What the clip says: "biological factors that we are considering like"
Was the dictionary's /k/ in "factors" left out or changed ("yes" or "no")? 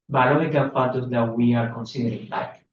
yes